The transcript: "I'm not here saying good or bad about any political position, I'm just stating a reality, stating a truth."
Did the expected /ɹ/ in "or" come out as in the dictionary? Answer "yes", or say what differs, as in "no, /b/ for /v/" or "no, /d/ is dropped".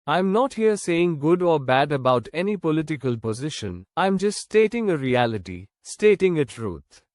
yes